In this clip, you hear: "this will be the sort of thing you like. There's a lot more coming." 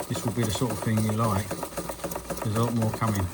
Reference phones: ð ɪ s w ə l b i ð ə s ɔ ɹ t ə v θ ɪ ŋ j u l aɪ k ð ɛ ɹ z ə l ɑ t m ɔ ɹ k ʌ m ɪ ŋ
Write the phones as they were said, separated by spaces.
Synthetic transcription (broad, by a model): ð ɪ s w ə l b i ð ə s ɔ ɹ t ə v θ ɪ ŋ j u l aɪ k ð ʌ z ə l ɑ t m ɔ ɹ k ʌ m ɪ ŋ